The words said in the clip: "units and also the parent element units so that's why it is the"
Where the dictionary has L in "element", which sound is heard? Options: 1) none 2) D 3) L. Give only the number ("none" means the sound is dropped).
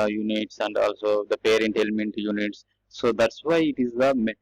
3